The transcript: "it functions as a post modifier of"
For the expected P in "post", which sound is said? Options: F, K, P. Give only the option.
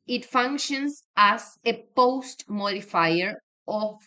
P